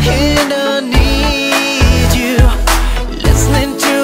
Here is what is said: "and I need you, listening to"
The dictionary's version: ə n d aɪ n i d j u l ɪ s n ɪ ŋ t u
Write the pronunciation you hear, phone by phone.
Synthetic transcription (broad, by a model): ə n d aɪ n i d j u l ɪ s n ɪ ŋ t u